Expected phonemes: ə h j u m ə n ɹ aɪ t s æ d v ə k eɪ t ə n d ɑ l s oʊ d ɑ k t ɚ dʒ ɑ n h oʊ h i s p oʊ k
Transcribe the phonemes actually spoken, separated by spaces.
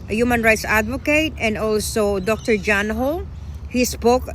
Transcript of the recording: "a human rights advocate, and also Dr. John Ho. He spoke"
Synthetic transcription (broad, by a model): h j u m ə n ɹ aɪ t s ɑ d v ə k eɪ t ə n d ɑ l s oʊ d ɑ k t ɚ dʒ ɑ n h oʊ h i s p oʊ k